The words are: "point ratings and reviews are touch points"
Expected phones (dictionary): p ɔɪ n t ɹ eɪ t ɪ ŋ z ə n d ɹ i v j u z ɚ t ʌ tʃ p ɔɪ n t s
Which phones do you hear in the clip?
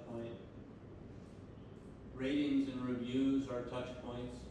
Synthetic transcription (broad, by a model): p ɔɪ n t ɹ eɪ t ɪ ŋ z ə n ɹ i v j u z ɚ t ʌ tʃ p ɔɪ n t s